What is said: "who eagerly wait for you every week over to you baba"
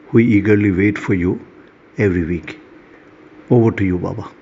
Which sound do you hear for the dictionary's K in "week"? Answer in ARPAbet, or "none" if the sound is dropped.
K